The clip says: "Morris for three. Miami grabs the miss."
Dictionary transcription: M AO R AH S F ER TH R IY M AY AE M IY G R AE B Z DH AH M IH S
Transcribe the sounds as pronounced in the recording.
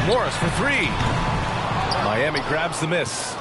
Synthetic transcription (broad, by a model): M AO R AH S F ER TH R IY M AY AE M IY G R AE B Z DH AH M IH S